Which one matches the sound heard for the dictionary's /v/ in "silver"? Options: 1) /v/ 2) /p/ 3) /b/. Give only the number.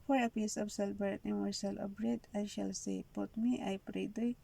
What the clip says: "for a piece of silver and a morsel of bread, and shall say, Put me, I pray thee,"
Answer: 3